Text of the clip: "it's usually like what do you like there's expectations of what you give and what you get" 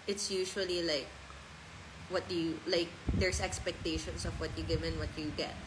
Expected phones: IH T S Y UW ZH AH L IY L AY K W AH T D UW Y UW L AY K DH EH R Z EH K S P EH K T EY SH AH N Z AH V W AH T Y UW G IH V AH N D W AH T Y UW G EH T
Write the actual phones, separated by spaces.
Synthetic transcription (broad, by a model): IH T S Y UW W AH L IY L AY K W AH T D UW Y UW L AY K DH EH R S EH K S P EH K T EY SH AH N S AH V W AH T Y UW G IH V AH N W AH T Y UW G EH T